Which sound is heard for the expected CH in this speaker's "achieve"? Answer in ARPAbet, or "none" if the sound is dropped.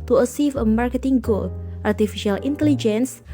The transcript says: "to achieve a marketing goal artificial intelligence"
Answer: S